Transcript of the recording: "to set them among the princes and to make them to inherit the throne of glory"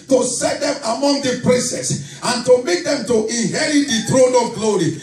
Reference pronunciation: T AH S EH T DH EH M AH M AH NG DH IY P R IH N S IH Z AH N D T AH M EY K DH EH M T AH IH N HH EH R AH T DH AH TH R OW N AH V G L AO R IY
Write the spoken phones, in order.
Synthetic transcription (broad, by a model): T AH S EH T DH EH M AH M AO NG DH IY P R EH S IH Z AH N T AH M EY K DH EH M T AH IH N HH EH R AH T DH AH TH R OW N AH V G L AO R IY